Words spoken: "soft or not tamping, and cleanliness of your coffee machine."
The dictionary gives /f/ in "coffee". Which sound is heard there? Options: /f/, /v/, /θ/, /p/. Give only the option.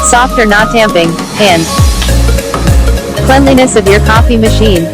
/f/